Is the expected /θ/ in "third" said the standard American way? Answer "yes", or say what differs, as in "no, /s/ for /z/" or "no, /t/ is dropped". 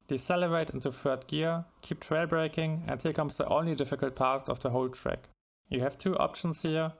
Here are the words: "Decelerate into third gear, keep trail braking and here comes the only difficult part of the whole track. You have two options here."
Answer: no, /f/ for /θ/